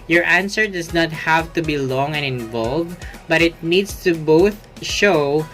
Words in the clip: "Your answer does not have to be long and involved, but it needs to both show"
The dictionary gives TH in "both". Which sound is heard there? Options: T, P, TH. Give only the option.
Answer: TH